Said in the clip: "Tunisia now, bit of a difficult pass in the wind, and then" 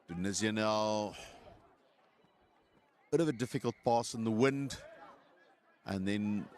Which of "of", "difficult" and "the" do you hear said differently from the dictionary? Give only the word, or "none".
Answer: none